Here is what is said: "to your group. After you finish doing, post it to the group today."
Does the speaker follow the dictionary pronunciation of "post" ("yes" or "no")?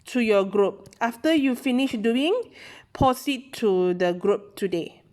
no